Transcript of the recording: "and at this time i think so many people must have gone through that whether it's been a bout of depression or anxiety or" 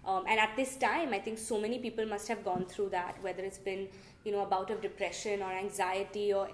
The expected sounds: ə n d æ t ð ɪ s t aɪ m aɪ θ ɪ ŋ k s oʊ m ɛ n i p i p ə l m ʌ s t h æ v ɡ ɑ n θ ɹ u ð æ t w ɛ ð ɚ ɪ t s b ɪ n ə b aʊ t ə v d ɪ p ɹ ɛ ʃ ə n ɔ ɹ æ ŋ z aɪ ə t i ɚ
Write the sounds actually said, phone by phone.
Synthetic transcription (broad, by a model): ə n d æ t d ɪ s t aɪ m aɪ t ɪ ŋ k s oʊ m ɛ n i p i p ə l m ʌ s t h æ v ɡ ɑ n t ɹ u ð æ t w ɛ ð ɚ ɪ t s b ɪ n ə b aʊ t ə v d ɪ p ɹ ɛ ʃ ə n ɔ ɹ æ ŋ z aɪ ə t i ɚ